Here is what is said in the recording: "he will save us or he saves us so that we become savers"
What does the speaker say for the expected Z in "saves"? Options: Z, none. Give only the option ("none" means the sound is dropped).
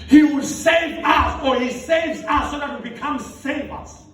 Z